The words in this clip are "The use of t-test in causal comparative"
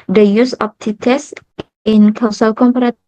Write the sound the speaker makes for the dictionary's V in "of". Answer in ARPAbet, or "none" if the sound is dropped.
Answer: P